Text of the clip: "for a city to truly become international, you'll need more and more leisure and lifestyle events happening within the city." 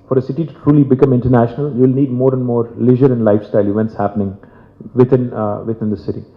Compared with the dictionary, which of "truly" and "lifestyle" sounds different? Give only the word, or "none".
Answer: none